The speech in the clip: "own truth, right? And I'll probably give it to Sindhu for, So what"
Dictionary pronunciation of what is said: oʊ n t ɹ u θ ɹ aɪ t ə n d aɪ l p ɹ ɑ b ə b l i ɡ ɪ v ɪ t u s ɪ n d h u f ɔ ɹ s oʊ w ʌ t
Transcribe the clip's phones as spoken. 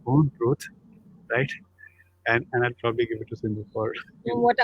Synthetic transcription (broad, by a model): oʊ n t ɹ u t ɹ aɪ t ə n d aɪ l p ɹ ɑ b ə b l i ɡ ɪ v ɪ t u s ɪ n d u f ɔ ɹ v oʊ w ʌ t